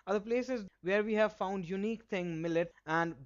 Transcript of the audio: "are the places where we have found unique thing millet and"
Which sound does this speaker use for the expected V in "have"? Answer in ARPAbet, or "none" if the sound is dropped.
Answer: V